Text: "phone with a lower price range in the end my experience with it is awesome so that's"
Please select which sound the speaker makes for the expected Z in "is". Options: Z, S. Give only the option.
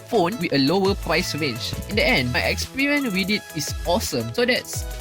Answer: S